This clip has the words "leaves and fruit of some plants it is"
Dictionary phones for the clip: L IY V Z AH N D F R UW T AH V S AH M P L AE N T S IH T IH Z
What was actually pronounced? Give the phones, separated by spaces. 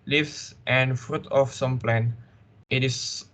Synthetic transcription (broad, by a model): L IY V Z AH N D F R UW T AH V S AH M P L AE N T IH T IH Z